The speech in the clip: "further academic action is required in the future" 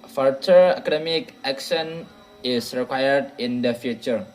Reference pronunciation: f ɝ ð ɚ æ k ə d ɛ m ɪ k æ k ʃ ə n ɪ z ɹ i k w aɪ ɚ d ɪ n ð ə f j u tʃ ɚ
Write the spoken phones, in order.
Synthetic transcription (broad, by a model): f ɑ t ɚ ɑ k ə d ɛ m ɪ k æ k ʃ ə n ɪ s ɹ i k w aɪ ɚ d ɪ n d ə f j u tʃ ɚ